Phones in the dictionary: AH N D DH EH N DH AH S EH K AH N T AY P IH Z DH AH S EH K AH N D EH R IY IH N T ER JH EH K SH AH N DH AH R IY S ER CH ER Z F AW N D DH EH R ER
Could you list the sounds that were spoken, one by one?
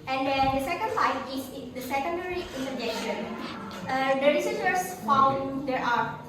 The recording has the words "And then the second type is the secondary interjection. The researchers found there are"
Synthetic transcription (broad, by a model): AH N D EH N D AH S EH K AH N S AY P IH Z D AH S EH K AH N D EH R IY IH N T ER JH EH K SH AH N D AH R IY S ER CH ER S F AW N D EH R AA